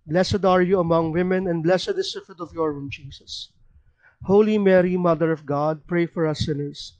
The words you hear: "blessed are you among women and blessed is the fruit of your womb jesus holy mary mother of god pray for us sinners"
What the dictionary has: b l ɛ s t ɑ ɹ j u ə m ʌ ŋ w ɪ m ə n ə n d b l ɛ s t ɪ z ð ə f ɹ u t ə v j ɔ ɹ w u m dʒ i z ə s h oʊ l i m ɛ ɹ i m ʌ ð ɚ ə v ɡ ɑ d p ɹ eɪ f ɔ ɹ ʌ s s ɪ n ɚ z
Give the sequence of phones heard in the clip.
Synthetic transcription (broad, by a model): b l ɛ s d ɑ ɹ j u ə m ʌ ŋ w ɪ m ə n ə n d b l ɛ s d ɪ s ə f u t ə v j ɔ ɹ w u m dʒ i s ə s h oʊ l i m ɛ ɹ i m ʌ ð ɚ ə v ɡ ɑ d p ɹ eɪ f ɔ ɹ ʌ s s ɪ n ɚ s